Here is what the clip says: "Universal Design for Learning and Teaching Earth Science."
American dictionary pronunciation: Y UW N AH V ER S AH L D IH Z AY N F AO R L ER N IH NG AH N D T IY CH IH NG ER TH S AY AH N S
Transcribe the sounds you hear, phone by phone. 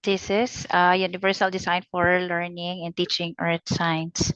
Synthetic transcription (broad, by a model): Y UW N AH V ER S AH L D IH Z AY N F AO R L ER N IH NG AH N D T IY CH IH NG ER T S AY N S